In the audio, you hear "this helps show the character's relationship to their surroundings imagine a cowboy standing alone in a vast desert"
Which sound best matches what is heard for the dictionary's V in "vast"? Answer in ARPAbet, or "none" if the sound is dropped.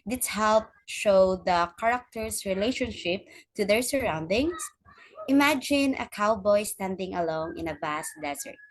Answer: B